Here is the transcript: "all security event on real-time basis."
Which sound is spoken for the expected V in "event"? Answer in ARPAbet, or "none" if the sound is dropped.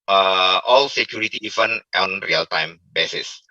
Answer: F